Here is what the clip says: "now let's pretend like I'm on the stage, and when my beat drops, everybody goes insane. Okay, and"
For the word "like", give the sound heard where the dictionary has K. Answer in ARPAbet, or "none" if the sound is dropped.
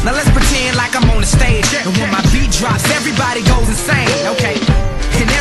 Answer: K